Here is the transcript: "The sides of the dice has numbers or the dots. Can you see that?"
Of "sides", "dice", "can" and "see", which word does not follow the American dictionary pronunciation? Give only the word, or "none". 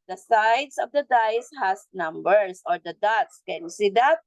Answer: sides